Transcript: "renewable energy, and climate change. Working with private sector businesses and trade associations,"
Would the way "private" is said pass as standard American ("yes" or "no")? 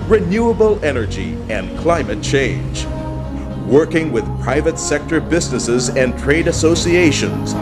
yes